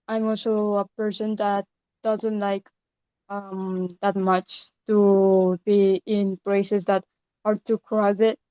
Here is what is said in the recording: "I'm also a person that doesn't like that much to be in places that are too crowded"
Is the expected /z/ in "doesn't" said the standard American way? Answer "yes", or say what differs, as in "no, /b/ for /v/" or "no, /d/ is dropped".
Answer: yes